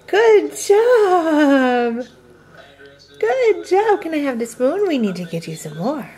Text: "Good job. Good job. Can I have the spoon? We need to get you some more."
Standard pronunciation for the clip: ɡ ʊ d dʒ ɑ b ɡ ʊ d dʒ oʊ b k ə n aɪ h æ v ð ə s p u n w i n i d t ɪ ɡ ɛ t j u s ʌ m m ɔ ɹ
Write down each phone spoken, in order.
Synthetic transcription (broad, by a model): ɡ ʊ d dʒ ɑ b ɡ ʊ d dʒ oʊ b k ə n aɪ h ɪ v ð ə s b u n w i n i d t ɪ ɡ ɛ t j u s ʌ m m ɔ ɹ